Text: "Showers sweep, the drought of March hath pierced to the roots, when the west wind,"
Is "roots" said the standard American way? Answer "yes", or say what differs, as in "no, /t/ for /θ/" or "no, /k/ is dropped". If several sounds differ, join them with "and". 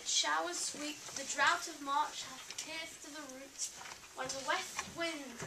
no, /s/ is dropped